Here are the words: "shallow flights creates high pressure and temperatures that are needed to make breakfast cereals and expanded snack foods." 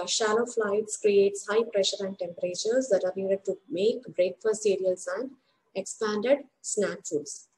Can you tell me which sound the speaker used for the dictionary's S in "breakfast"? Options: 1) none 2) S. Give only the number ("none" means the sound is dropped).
1